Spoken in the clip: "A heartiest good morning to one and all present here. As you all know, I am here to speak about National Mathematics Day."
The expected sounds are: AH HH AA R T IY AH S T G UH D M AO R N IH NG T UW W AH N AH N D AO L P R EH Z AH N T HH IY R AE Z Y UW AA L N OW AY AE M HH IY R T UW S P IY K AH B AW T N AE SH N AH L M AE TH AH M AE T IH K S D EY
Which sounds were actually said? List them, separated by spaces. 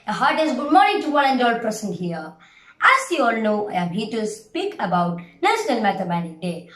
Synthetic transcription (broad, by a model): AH HH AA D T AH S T G UH D M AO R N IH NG T UW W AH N AH N D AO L P EH S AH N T HH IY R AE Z Y UW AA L N OW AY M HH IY T UW S P IY K AH B AW T N AE SH N AH L M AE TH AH M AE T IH K D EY